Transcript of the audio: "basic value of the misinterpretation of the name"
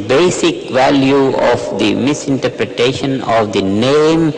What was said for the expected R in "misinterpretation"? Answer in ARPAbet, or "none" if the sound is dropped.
R